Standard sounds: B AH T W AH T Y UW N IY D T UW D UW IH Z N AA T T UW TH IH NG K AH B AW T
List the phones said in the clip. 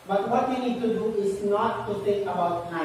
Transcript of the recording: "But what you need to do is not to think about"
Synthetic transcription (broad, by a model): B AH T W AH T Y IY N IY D T UW D UW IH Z N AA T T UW S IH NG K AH B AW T